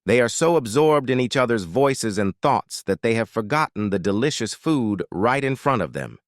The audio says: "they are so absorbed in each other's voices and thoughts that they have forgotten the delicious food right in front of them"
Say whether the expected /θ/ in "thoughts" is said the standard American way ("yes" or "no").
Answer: yes